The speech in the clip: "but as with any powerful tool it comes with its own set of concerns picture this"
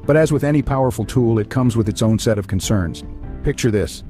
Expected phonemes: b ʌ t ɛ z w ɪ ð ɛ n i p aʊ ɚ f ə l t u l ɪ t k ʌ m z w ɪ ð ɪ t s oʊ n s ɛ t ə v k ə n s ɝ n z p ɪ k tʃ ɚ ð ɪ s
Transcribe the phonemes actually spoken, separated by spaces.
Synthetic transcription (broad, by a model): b ʌ t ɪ z w ɪ ð ɛ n i p aʊ ɚ f l t u l ɪ t k ʌ m z w ɪ ð ɪ t s oʊ n s ɛ t ə v k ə n s ɝ n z p ɪ k tʃ ɚ ð ɪ s